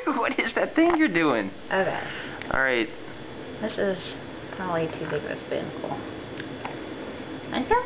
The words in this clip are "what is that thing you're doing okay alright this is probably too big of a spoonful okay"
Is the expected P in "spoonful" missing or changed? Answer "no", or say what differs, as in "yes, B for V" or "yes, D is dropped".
yes, B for P